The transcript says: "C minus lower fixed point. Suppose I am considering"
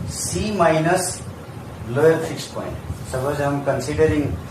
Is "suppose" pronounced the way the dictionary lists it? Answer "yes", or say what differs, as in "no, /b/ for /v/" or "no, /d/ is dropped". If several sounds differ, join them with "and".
no, /b/ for /p/